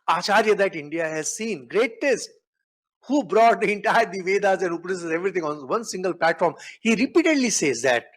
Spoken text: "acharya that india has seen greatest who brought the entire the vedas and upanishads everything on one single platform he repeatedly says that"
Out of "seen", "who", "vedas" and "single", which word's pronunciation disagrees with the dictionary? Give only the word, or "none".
none